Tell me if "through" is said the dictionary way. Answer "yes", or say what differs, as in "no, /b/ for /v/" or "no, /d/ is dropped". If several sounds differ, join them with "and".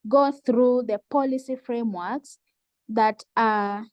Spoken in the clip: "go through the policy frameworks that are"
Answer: yes